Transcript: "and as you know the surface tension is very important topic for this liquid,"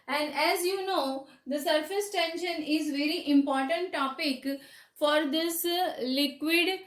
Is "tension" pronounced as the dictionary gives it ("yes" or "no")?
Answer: yes